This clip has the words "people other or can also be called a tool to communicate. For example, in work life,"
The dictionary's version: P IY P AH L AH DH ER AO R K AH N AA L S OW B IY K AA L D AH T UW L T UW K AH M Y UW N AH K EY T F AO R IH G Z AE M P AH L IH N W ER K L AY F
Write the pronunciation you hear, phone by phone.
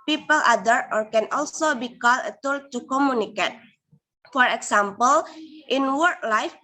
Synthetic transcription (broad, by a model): P IY P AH L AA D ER AO R K AH N AA L S OW B IY K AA L AH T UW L T UW K AH M Y UW N AH K EY T F AO R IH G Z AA M P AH L IH N W ER K L AY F